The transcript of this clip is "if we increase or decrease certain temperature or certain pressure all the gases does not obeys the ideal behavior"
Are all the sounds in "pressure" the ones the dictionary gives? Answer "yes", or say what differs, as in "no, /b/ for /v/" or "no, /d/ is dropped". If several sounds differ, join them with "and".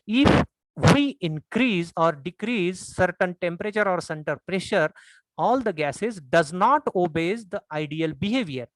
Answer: yes